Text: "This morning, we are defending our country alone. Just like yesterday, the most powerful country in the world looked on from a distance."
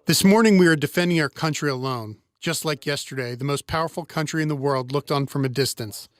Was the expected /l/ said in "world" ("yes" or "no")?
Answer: yes